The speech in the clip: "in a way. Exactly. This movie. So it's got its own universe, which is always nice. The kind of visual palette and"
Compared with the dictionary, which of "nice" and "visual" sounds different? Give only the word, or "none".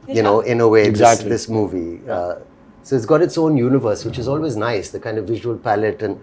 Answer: none